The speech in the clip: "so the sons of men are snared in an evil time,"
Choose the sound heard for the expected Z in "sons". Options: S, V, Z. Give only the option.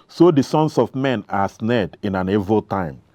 S